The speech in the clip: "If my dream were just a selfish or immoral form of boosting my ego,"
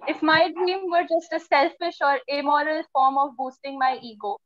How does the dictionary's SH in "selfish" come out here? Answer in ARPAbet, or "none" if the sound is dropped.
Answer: SH